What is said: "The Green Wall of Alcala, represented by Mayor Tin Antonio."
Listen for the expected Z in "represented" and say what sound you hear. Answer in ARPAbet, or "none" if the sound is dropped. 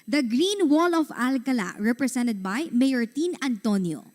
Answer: S